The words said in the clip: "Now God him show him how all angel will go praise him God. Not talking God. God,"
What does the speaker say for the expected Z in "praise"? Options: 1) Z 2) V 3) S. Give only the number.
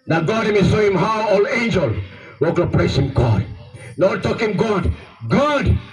3